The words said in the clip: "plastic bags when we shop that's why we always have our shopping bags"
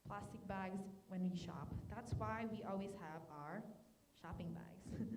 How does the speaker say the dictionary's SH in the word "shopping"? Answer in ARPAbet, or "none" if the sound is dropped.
SH